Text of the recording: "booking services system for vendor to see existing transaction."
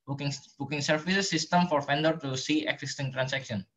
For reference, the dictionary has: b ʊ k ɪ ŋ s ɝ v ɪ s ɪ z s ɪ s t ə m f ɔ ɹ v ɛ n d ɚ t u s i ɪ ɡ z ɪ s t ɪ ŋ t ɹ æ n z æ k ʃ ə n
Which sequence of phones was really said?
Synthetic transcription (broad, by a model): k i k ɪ ŋ s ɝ f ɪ s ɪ s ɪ s t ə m f ɔ ɹ f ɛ n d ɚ t u s i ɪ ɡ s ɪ s t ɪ ŋ t ɹ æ n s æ k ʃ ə n